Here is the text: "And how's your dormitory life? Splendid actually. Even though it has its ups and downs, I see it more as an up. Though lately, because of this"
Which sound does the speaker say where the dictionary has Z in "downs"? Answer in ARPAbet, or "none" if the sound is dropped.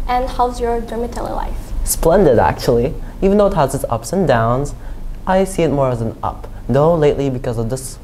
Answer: Z